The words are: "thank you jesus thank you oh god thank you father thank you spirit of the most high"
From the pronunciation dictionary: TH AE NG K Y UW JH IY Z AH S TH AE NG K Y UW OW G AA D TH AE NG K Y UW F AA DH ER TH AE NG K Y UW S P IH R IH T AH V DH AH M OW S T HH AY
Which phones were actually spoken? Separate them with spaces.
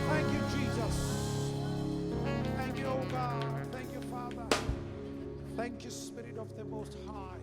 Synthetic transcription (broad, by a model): TH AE NG K Y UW JH IY Z AH S TH AE NG K Y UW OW G AA D TH AE NG K Y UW F AA DH ER TH AE NG K Y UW S P IH R IH T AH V DH AH M OW S T HH AY